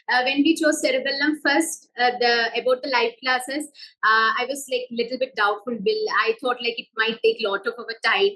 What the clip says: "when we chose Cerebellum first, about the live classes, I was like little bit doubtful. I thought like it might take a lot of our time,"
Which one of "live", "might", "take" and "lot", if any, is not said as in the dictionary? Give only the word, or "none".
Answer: live